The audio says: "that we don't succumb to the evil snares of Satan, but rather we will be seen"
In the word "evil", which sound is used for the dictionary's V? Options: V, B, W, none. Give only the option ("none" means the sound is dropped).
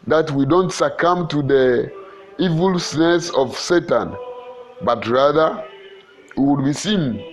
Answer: V